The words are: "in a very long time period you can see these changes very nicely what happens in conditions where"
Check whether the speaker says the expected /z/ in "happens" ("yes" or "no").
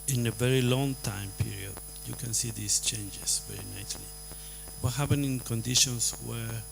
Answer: no